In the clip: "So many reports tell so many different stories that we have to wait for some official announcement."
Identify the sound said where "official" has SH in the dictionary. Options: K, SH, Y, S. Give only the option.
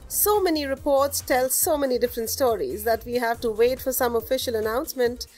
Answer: SH